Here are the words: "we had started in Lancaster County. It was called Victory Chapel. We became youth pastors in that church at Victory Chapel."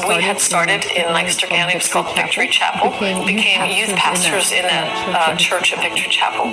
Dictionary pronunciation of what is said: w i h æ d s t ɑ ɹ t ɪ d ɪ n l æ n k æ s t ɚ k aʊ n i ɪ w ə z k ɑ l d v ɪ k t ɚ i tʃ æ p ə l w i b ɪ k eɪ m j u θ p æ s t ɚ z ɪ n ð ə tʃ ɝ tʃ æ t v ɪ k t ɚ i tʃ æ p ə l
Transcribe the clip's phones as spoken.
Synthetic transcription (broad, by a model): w i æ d s t ɑ ɹ t ɪ d ɪ n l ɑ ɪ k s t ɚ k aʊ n ɪ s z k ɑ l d v ɪ k t ɚ i tʃ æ p l b ɪ k eɪ m j u θ p æ s t ɚ z ɪ n ð ə tʃ ɝ tʃ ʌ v v ɪ k t ɚ i tʃ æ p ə l